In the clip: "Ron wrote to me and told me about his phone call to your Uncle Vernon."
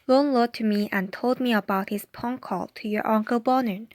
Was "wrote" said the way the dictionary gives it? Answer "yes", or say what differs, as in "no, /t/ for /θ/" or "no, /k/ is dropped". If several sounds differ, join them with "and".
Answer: no, /l/ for /ɹ/